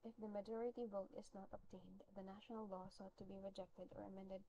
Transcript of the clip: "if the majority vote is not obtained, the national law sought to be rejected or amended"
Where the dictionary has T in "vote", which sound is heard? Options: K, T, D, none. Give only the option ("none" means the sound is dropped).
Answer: T